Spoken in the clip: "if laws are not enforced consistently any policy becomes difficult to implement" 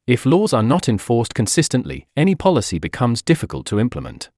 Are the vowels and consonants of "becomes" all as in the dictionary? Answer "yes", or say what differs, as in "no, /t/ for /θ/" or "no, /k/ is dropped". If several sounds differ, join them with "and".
yes